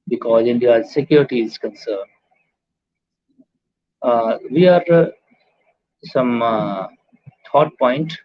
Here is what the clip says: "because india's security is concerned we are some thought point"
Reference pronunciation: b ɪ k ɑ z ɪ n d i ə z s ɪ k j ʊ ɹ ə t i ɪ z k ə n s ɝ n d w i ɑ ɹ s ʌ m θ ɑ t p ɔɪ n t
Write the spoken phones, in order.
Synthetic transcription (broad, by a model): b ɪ k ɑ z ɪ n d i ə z s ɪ k j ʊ ɹ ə t i ɪ z k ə n s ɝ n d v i ɑ ɹ s ʌ m t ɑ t p ɔɪ n t